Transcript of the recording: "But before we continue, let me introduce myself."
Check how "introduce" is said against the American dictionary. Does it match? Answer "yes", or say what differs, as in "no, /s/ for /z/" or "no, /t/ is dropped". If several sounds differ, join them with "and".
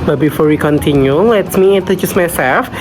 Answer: no, /n/ is dropped and /ɹ/ is dropped